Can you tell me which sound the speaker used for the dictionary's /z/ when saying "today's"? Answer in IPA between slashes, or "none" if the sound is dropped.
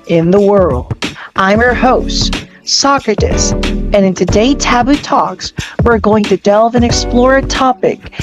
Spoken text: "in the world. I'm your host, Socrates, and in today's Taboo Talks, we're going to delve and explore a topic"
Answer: none